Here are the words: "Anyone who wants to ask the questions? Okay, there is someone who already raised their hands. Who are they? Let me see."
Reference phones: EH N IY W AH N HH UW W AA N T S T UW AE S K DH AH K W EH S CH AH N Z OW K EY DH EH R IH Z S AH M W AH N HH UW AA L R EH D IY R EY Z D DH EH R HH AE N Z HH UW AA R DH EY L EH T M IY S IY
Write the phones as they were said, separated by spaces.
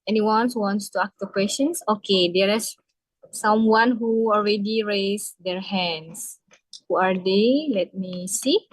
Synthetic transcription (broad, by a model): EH N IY W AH N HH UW W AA N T S T UW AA K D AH K W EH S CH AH N S OW K EY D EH R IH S S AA M W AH N HH UW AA L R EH D IY R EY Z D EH R HH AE N S HH UW AA R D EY L EH T M IY S IY